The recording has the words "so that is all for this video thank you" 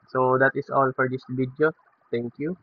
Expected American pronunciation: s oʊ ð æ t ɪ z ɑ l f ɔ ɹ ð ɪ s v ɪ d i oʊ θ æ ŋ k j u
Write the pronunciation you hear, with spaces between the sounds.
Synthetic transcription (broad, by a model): s oʊ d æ t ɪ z ɑ l f ɔ ɹ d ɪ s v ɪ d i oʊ t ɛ ŋ k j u